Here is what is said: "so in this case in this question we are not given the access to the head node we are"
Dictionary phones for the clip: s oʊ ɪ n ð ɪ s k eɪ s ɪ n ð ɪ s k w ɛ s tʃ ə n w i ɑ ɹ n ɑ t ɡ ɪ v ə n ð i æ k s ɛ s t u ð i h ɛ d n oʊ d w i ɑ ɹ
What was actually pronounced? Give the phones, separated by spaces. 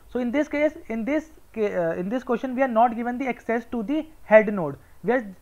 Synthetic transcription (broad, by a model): s oʊ ɪ n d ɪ s k eɪ s ɪ n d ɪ s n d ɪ s ʃ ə n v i ɑ ɹ n ɑ t ɡ ɪ v ə n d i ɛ k s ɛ s t u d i h ɛ d n oʊ d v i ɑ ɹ